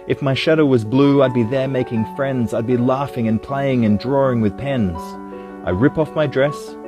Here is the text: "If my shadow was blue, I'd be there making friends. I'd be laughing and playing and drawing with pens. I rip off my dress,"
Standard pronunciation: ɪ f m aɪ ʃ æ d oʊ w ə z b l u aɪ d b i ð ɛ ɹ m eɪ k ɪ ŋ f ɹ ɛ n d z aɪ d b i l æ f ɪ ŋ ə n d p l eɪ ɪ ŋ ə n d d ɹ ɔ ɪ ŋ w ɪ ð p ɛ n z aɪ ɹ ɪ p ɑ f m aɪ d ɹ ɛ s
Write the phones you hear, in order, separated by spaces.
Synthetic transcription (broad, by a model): ɪ f m aɪ ʃ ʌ d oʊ w ə z b l u aɪ d b i ð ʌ ɹ m eɪ k ɪ ŋ f ɹ ɛ n d z aɪ d b i l æ f ɪ ŋ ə n p l eɪ ɪ ŋ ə n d d ɹ ɔ ɪ ŋ w ɪ ð p ɛ n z aɪ ɹ ɪ p ɑ f m aɪ d ɹ ɛ s